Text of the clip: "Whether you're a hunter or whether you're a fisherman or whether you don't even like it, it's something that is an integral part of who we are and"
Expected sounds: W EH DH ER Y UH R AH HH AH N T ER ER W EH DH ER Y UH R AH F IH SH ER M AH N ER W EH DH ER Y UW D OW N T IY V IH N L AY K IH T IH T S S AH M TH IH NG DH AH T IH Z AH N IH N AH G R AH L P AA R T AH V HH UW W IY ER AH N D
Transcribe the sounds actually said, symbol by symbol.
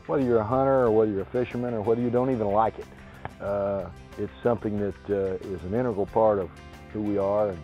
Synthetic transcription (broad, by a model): W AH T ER Y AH R AH HH AH T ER ER W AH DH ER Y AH R AH F IH SH ER M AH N ER W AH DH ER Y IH D OW N T IY V IH N L AY K IH T IH T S S AH M TH IH NG DH AH T IH Z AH N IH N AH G L P AA R T AH V HH UW W IY ER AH N